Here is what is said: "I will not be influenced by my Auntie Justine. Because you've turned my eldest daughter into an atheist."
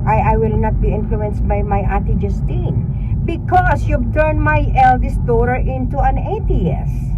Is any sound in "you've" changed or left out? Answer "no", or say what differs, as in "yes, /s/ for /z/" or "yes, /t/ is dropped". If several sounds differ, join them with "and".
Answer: yes, /b/ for /v/